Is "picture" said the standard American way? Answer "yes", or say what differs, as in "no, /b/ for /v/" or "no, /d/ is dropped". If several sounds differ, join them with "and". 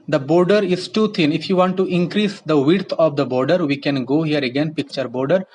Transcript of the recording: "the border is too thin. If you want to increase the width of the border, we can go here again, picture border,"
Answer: yes